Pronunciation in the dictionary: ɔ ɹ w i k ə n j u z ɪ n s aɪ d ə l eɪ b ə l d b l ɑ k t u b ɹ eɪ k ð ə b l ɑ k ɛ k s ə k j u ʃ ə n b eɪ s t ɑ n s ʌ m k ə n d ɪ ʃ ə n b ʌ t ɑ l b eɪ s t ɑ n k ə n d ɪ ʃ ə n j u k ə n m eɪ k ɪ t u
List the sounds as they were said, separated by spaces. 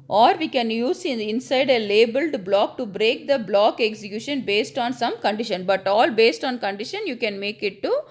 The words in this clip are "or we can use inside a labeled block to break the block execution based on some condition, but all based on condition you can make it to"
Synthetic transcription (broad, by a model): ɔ ɹ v i k ə n j u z ɪ n s aɪ d ə l eɪ b ə l d b l ɑ k t u b ɹ eɪ k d ə b l ɑ k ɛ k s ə k j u ʃ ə n b eɪ s t ɑ n s ʌ m k ə n d ɪ ʃ ə n b ʌ t ɑ l b eɪ s t ɑ n k ə n d ɪ ʃ ə n j u k ə n m eɪ k ɪ t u